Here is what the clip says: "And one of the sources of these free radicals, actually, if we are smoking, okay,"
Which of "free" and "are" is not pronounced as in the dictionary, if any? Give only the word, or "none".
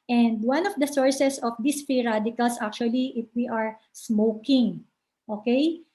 free